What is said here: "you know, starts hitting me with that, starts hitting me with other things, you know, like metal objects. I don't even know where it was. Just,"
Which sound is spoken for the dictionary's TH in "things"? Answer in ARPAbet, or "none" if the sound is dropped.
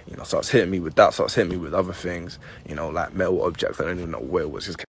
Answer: TH